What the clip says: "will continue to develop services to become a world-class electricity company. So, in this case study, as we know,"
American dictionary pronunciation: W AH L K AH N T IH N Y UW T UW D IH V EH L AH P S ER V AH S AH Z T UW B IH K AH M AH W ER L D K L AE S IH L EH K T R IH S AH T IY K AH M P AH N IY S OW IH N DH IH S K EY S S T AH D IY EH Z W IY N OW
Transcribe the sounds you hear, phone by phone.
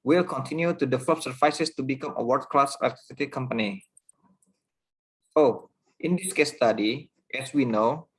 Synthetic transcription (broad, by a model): W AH L K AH N T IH N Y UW T UW D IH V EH L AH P S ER F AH S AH S T UW B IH K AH M AH W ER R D K L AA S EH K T IH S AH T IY K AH M P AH N IY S OW IH N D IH S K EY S S T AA D IY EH S W IY N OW